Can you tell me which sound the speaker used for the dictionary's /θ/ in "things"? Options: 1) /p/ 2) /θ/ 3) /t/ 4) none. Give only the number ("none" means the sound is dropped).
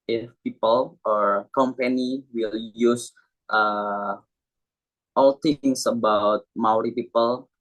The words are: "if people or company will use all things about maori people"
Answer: 3